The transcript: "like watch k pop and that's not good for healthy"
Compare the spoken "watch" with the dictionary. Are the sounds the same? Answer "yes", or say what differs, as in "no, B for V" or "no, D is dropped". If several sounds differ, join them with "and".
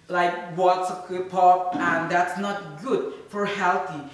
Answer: no, S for CH